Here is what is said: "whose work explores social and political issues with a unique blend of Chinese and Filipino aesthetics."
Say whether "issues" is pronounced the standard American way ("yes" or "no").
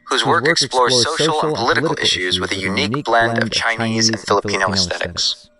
yes